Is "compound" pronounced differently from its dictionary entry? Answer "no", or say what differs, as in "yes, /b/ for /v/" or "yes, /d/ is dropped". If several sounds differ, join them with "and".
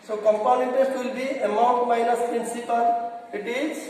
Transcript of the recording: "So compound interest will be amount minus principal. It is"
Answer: yes, /d/ is dropped